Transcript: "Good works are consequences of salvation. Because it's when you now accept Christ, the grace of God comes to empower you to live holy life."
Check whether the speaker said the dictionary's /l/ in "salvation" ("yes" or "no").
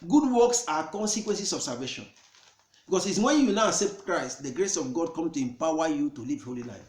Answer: no